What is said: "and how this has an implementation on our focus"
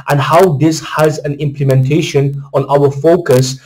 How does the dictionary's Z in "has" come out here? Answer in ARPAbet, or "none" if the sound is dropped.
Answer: Z